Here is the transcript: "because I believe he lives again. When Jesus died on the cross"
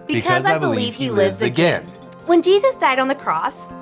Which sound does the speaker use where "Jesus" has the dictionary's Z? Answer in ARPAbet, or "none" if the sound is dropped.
Z